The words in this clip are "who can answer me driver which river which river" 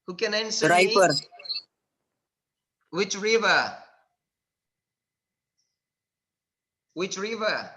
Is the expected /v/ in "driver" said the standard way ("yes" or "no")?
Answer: no